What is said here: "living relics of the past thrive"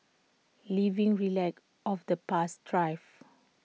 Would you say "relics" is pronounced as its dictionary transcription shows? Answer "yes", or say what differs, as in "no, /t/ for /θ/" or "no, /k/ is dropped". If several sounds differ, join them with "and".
no, /s/ is dropped